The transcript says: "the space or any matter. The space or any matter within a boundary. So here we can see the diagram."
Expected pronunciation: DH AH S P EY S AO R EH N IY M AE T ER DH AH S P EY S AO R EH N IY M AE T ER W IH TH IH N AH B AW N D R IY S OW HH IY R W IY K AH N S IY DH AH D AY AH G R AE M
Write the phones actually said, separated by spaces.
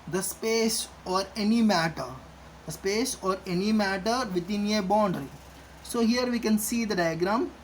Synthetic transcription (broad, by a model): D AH S P EY S AO R EH N IY M AE T ER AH S P EY S AO R EH N IY M AE T ER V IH T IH N AH B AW N D R IY S OW HH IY R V IY K AH N S IY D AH D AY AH G R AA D